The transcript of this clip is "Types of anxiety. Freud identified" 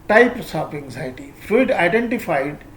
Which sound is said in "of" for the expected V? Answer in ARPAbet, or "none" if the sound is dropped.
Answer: P